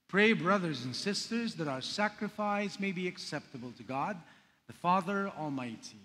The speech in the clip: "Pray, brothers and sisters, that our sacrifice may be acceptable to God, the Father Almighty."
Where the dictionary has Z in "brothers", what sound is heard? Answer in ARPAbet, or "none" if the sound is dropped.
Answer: Z